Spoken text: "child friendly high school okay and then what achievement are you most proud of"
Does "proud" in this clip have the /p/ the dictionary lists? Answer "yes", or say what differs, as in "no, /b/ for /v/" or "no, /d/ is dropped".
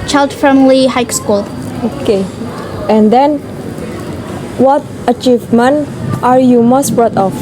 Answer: no, /b/ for /p/